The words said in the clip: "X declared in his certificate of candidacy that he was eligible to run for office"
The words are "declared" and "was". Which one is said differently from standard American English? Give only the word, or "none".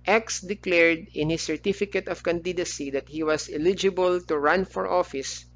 was